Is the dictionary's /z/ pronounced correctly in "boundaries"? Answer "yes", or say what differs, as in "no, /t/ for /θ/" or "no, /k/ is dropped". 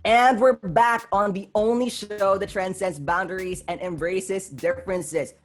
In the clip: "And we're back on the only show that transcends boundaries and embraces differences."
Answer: yes